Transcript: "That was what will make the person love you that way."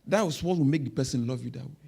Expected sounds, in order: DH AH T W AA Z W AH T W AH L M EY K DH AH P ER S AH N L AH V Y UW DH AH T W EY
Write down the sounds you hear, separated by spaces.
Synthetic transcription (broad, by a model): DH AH T W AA S W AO T W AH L M EY K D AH P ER S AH N L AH V Y UW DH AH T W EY